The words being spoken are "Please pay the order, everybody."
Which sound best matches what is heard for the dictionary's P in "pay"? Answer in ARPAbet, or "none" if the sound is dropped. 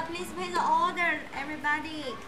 B